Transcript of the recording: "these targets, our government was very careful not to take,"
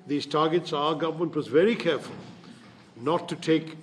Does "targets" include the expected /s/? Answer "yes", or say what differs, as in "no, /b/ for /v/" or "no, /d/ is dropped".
yes